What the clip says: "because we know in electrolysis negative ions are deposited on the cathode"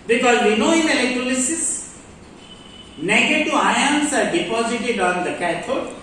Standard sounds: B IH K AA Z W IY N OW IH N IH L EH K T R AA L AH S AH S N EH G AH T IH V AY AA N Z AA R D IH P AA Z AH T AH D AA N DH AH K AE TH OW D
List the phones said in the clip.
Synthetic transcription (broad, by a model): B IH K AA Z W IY N OW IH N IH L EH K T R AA L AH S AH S N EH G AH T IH AY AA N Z AA R D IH P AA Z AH T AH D AA N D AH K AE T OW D